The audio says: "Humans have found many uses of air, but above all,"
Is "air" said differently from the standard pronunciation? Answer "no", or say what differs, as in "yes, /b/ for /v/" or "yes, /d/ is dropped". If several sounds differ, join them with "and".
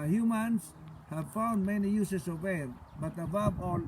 yes, /l/ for /ɹ/